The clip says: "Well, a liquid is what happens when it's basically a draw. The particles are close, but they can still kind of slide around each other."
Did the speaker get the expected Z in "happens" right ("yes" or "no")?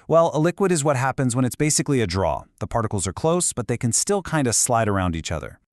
yes